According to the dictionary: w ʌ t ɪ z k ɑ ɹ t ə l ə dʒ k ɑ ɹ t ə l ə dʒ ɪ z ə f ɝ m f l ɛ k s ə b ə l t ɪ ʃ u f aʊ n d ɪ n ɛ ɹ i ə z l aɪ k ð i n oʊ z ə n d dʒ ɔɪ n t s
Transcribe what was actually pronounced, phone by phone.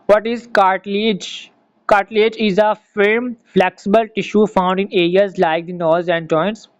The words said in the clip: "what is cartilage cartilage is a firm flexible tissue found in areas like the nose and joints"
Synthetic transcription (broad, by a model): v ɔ t ɪ z k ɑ ɹ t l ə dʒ k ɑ ɹ t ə l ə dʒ ɪ z ə f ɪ m f l ɛ k s ə b ə l t ɪ ʃ u f aʊ n d ɪ n ɛ ɹ i ə z l aɪ k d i n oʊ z ə n d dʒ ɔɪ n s